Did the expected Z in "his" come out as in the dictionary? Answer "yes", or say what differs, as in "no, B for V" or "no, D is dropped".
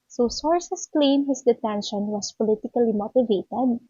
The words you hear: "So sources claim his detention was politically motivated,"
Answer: no, S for Z